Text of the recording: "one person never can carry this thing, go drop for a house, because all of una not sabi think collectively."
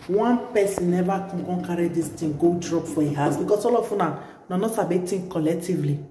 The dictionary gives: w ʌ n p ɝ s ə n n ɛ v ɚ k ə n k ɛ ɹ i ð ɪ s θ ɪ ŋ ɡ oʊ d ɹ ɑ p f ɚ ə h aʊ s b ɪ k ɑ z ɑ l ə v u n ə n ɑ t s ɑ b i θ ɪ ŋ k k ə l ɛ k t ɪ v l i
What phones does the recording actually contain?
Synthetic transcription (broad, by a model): w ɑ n p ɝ s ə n n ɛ v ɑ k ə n k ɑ ɹ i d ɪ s t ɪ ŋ ɡ oʊ d ɹ ɑ p f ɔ ə h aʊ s b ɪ k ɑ s ɑ l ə f u n ə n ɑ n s ɑ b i t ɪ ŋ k k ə l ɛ k t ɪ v l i